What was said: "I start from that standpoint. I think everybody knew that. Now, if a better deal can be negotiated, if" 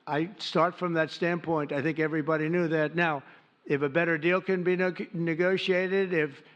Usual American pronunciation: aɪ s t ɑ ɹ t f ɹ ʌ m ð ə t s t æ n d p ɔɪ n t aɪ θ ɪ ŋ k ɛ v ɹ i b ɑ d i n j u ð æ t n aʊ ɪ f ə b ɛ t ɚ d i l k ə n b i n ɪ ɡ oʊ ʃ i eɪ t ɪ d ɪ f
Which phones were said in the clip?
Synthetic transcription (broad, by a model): aɪ s t ɑ ɹ t f ɹ ʌ m ð ə t s t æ n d p ɔɪ n t aɪ θ ɪ ŋ k ɛ v ɹ i b ɑ d i n j u ð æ t n aʊ ɪ f ə b ɛ t ɚ d i l k ə n b i n ɪ ɡ oʊ ʃ i eɪ t ɪ d ɪ f